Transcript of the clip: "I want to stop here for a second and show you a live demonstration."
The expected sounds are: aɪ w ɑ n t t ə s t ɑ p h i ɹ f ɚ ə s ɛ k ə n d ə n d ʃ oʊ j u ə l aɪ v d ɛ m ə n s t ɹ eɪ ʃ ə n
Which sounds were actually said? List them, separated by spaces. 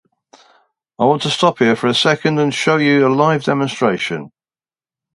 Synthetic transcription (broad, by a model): aɪ w ɑ n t t ə s t ɑ p h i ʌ f ɚ ə s ɛ k ə n d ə n ʃ oʊ j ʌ ə l aɪ v d ɛ m ə n s t ɹ eɪ ʃ ə n